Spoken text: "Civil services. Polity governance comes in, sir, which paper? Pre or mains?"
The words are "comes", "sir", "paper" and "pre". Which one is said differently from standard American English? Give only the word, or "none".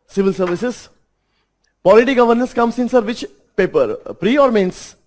comes